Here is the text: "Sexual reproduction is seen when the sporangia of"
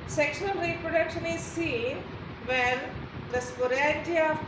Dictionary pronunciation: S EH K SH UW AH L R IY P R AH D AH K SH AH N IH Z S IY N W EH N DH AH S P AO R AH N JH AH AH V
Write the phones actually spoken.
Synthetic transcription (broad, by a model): S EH K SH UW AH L R IY P R AH D AH K SH AH N IH Z S IY N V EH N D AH S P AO R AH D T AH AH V